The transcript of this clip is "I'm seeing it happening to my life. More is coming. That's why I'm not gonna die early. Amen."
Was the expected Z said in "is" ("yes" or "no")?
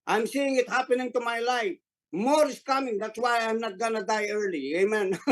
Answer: no